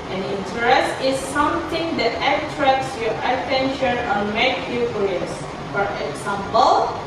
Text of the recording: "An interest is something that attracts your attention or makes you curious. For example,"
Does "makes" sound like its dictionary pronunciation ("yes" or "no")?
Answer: no